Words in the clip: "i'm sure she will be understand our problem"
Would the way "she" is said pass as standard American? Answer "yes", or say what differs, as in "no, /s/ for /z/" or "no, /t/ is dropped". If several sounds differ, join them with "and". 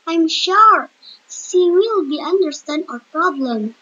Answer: no, /s/ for /ʃ/